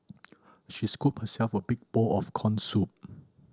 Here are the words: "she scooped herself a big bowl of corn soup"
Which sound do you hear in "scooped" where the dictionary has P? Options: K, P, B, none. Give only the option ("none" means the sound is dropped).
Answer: none